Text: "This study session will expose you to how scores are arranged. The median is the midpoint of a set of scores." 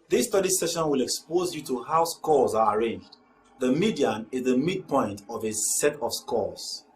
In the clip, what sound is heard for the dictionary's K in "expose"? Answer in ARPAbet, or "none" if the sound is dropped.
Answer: K